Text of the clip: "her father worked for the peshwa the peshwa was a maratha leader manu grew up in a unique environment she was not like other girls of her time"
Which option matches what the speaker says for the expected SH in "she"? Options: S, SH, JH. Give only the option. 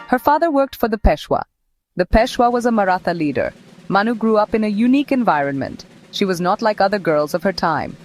SH